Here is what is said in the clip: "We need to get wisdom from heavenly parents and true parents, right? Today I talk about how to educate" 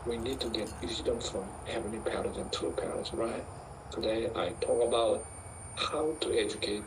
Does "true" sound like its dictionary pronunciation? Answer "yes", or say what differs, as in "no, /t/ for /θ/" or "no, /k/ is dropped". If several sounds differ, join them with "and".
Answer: no, /ɹ/ is dropped